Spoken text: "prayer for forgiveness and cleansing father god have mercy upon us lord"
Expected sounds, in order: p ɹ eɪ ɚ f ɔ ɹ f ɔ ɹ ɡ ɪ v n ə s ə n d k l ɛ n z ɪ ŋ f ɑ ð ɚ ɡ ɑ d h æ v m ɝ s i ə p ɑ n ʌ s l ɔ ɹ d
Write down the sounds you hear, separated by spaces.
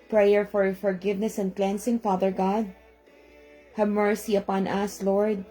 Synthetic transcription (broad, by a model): p ɹ eɪ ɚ f ɔ ɹ f ɔ ɹ ɡ ɪ v n ə s ə n d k l ɛ n s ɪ ŋ f ɑ ð ɚ ɡ ɑ d h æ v m ɝ s i ə p ɑ n ʌ s l ɔ ɹ d